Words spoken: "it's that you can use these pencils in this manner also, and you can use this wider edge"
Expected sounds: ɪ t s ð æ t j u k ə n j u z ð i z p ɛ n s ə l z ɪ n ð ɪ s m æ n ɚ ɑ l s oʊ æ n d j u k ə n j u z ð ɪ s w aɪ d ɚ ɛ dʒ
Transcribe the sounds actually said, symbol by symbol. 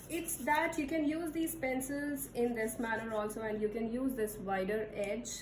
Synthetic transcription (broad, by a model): ɪ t s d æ t j u k ə n j u z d i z p ɛ n s ə l z ɪ n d ɪ s m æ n ɚ ɑ l s oʊ æ n d j u k ə n j u z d ɪ s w aɪ d ɚ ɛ dʒ